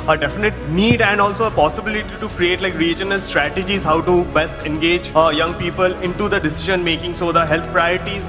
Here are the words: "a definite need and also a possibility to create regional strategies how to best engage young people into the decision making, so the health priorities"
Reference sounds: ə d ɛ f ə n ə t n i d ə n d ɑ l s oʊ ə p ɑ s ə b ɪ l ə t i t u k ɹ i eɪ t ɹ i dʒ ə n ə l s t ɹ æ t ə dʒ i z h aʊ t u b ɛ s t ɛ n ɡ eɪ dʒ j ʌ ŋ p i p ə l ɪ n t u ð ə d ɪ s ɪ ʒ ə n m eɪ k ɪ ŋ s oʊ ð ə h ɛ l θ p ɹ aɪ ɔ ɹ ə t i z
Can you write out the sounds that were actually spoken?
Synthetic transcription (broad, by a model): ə d ɛ f ə n ə t n i d ə n d ɑ l s oʊ ə p ɑ s ə b ɪ l ə t i t u k ɹ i eɪ t ɹ i dʒ ə n ə l s t ɹ æ t ə dʒ i z h aʊ t u b ɛ s t ɛ n ɡ eɪ dʒ j ʌ ŋ p i p ə l ɪ n t u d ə d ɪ s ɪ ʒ ə n m eɪ k ɪ ŋ s oʊ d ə h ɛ l t p ɹ aɪ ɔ ɹ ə t i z